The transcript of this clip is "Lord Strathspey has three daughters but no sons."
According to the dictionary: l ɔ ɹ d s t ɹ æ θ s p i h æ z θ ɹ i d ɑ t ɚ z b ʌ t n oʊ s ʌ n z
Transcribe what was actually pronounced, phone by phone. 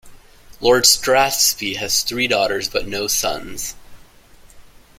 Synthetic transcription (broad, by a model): l ɔ ɹ d s t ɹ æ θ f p i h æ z θ ɹ i d ɑ t ɚ z b ʌ t n oʊ s ʌ n z